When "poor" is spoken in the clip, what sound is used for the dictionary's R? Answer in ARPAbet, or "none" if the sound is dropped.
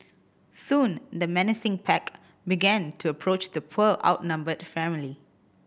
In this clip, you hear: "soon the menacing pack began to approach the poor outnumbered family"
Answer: L